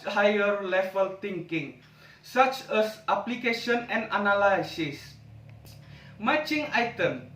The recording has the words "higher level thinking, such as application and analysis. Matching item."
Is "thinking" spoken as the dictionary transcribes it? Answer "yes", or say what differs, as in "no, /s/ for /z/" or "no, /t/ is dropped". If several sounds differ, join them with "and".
no, /t/ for /θ/